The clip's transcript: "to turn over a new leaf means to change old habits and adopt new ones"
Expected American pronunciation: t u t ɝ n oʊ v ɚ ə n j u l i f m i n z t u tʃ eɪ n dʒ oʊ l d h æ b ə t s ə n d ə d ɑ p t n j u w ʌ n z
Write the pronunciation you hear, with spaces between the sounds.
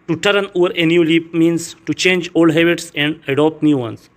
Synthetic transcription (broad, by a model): t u t ɝ n oʊ v ɚ ə n j u l i p m i n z t u tʃ eɪ n dʒ oʊ l d h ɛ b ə t s ə n d ə d ɑ p t n j u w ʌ n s